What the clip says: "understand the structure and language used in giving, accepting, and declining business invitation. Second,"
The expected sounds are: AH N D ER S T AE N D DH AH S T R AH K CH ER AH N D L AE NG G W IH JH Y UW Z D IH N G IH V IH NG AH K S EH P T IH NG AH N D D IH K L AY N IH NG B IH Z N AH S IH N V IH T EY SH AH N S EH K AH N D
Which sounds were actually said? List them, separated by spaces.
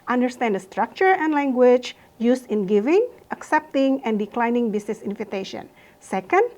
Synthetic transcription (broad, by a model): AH N D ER S T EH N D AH S T R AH K CH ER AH N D L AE NG G W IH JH Y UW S IH N G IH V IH NG AH K S EH P T IH NG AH N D D IH K L AY N IH NG B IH S N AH S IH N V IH T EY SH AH N S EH K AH N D